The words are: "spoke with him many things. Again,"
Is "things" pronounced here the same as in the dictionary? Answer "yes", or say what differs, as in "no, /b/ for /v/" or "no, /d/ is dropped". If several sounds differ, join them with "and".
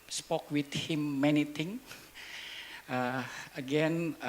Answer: no, /t/ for /θ/ and /z/ is dropped